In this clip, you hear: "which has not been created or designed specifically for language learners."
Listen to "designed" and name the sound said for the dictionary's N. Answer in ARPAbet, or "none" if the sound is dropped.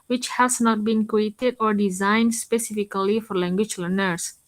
N